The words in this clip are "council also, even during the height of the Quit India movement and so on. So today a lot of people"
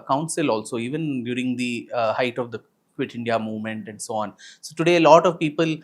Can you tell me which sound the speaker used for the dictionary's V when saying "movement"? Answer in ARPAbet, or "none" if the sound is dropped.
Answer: V